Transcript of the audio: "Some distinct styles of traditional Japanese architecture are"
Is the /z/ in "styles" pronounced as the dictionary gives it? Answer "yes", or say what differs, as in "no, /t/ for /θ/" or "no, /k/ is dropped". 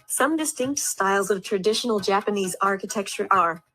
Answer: yes